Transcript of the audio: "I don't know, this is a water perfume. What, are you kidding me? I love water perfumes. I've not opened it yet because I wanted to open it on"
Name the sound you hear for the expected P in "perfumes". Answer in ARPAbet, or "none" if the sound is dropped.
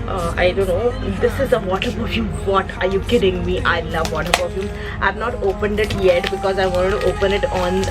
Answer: B